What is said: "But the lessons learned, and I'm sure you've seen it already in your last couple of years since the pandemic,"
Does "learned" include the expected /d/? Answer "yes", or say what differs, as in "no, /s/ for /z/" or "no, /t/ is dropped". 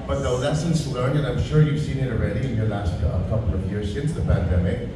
no, /d/ is dropped